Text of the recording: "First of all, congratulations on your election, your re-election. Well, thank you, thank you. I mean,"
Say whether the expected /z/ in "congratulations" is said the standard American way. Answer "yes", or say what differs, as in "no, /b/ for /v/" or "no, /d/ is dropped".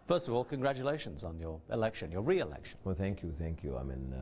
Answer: yes